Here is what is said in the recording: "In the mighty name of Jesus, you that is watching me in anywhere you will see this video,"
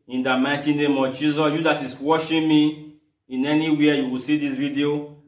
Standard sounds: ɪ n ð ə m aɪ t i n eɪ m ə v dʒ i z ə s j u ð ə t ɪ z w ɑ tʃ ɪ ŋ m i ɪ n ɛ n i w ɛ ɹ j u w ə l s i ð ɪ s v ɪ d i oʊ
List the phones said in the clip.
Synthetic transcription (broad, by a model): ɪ n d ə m aɪ t i n eɪ m ə v dʒ i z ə s j u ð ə t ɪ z w ɑ ʃ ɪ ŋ m i ɪ n ɛ n i w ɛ j u w ə l s i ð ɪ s v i d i oʊ